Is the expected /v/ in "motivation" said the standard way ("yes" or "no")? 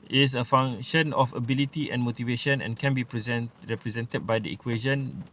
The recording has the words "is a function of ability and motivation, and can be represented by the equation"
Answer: yes